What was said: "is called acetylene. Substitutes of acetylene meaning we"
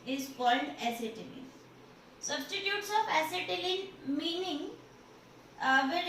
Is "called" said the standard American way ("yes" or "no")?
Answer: no